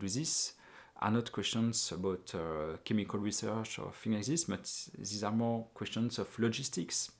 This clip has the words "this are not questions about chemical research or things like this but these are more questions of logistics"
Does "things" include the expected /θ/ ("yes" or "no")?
no